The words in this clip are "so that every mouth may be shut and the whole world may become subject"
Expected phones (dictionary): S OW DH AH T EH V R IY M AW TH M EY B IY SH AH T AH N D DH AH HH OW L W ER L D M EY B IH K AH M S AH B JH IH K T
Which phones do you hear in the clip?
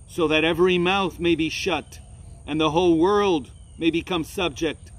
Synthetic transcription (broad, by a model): S OW DH AH T EH V R IY M AW TH M EY B IY SH AH T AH N DH AH HH OW L W ER L D M EY B IH K AH M S AH B JH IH K T